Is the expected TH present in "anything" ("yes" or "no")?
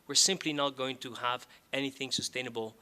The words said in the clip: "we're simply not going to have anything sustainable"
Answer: yes